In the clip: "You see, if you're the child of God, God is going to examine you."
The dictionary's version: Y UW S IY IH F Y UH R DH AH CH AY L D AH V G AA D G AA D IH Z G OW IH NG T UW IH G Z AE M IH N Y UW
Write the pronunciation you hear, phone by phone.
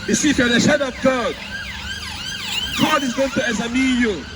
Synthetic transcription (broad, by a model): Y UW S IY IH F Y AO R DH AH SH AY D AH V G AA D G AA D IH Z G OW IH NG T UW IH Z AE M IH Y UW